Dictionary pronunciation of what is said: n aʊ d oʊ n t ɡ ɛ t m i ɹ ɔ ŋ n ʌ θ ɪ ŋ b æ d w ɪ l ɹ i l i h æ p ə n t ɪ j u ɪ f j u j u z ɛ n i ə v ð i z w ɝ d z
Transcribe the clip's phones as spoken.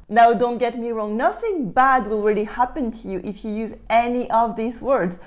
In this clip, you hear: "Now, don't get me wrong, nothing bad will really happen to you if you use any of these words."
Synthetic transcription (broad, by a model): n aʊ d oʊ n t ɡ ɛ t m i ɹ ɔ ŋ n ʌ θ ɪ ŋ b æ d w ɪ l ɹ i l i h æ p ə n t ɪ j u ɪ f j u j u z ɛ n i ə v ð i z w ɝ d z